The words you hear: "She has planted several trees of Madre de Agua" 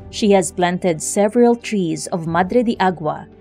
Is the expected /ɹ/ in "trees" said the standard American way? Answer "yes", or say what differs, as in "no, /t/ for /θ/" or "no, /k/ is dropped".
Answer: yes